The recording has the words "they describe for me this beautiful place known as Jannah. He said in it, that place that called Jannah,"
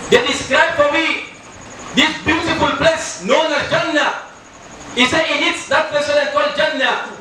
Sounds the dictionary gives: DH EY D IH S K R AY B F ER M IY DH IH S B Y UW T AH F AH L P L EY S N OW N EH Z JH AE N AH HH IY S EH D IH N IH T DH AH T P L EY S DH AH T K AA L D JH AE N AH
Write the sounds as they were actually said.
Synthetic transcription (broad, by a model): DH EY D IH S K R AY B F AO M IY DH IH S B Y UW T AH F AH L P L EY S N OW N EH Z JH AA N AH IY S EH IH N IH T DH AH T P EY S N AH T K AA L D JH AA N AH